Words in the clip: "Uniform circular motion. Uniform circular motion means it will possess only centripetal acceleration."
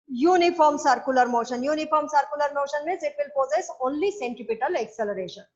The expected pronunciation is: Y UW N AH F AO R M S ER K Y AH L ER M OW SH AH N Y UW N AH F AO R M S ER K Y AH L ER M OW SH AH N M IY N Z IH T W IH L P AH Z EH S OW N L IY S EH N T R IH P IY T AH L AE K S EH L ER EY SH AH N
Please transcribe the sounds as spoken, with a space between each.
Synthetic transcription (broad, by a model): Y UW N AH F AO R M S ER K Y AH L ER M OW SH AH N Y UW N AH F AO R M S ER K Y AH L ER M OW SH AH N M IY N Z IH T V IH L P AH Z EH S OW N L IY S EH N T IH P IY T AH L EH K S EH L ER EY SH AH N